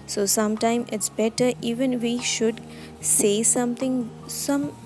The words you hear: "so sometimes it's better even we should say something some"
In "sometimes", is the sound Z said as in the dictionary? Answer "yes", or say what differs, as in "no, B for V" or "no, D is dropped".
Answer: no, Z is dropped